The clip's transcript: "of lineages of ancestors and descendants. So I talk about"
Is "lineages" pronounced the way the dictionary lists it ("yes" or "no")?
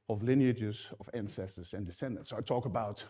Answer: yes